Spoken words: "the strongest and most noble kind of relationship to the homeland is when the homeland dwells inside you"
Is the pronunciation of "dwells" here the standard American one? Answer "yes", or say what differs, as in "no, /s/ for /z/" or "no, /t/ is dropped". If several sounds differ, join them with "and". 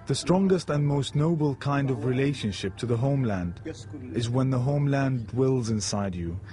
yes